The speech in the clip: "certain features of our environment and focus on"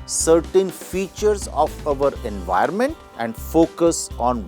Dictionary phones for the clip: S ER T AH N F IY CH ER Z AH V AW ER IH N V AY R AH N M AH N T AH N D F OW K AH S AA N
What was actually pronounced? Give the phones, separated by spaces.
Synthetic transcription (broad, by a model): S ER T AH N F IY CH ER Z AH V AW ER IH N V AY AH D M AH N T AH N D F OW K AH S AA N